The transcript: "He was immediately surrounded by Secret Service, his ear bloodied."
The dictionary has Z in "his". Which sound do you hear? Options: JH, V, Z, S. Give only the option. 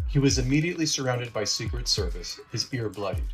Z